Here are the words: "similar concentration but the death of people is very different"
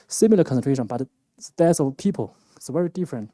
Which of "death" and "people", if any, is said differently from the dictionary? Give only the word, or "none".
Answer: death